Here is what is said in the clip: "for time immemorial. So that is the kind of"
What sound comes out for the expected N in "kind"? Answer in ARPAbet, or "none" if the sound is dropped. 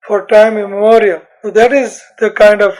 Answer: N